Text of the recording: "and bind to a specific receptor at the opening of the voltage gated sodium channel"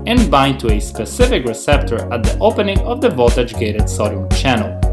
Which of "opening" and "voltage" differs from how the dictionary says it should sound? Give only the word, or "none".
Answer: voltage